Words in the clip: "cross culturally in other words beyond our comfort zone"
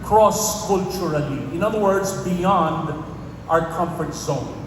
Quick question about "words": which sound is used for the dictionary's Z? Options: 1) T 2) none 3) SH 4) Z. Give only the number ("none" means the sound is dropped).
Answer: 4